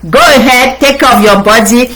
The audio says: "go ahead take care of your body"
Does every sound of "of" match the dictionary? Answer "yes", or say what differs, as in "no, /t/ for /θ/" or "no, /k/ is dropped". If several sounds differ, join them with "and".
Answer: no, /p/ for /v/